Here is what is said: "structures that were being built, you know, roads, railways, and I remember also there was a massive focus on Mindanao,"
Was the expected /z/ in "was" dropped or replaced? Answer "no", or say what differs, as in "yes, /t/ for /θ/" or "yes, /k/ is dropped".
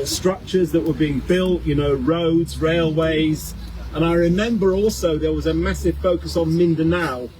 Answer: no